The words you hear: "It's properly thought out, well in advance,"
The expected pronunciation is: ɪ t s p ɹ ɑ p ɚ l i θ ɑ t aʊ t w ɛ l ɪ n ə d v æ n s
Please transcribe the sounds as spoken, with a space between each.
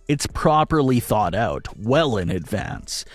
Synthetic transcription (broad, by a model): ɪ t s p ɹ ɑ p ɚ l i θ ɑ t aʊ t w ɛ l ɪ n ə d v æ n s